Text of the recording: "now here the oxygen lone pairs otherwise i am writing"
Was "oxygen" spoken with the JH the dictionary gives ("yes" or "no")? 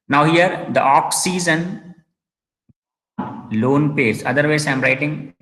no